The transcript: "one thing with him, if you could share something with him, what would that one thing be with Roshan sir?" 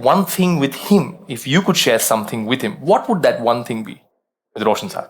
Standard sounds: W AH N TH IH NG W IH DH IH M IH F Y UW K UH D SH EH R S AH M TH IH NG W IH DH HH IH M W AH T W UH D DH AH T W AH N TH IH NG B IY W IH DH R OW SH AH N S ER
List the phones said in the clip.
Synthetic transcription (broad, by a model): W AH N TH IH NG W IH DH IH M IH F Y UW K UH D SH EH R S AH M TH IH NG W IH DH HH IH M W AH T W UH D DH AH T W AH N TH IH NG B IY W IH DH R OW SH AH N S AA